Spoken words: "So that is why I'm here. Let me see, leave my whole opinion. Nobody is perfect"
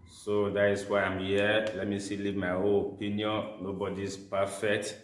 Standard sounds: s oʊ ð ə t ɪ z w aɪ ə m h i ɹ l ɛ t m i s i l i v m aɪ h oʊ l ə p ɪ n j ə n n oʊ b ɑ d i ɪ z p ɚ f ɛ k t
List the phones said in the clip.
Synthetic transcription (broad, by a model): s oʊ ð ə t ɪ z w aɪ ə m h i l ɛ t m i s i l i m aɪ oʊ n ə p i n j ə n n oʊ b ɑ d i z p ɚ f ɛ k t